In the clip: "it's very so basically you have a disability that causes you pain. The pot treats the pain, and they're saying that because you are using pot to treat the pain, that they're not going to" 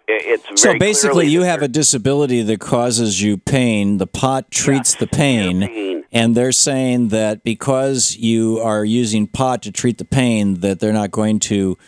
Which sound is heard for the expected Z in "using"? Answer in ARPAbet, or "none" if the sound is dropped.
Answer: Z